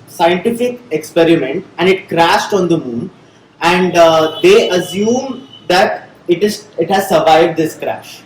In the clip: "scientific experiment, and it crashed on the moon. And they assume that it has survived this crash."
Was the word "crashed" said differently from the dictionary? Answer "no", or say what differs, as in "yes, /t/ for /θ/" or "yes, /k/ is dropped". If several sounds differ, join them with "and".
no